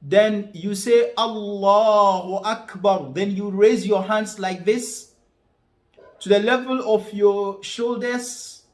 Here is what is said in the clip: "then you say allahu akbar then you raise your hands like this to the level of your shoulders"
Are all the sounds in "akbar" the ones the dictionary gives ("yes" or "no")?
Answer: yes